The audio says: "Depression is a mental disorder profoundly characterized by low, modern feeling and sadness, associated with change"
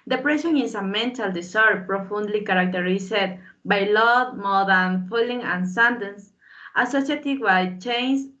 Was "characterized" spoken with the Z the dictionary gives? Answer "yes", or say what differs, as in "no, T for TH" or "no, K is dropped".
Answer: no, S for Z